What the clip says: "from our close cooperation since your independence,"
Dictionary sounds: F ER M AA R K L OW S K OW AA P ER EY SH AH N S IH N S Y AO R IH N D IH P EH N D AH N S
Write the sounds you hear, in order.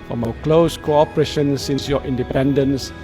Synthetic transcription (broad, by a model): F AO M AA K L OW S K OW AA P ER EY SH AH N S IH N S Y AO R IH N D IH P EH N D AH N S